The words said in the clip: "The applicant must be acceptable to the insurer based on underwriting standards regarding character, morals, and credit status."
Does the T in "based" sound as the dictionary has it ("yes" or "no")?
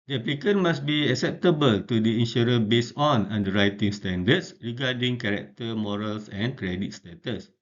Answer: no